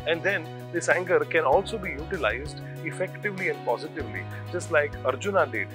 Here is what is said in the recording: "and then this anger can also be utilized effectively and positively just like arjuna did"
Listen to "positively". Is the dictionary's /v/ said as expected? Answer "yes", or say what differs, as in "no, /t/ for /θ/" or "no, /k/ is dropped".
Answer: yes